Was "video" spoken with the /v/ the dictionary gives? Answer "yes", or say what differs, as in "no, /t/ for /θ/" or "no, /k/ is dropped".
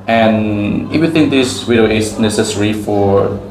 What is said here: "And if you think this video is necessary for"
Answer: no, /w/ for /v/